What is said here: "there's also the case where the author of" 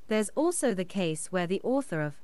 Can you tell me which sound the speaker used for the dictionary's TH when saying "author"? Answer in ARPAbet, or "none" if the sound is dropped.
TH